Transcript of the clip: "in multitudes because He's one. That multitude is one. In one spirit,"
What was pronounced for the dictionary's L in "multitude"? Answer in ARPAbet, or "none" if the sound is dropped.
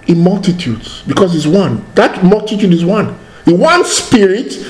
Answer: L